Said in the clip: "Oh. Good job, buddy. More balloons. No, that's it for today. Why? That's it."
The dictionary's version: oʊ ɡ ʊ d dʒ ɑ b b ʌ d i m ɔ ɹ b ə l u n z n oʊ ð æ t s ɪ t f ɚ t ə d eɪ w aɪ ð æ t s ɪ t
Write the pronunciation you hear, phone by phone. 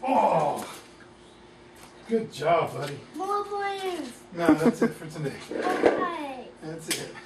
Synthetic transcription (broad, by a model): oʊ ɡ ʊ d dʒ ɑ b b ʌ d i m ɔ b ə ɪ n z n oʊ ð æ t s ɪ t f ɚ t ə d eɪ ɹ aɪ ð æ t s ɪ t